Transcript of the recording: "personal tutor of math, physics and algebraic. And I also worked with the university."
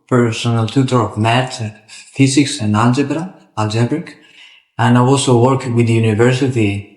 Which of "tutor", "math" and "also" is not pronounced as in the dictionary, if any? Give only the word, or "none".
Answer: math